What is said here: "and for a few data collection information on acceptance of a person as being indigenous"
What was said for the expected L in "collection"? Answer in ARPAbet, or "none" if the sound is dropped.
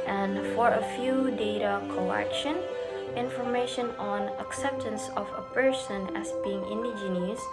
none